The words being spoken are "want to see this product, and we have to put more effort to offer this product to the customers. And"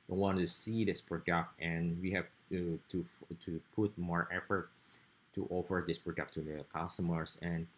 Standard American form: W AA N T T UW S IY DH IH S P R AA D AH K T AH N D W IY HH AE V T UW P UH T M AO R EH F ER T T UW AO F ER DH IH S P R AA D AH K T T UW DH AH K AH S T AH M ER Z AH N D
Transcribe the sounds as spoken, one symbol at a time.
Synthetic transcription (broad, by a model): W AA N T T UW S IY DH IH S P R AA D AH K T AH N W IY HH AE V T UW P UH T M AO R EH F ER T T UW AO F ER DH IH S P R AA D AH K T T UW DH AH K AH S T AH M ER S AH N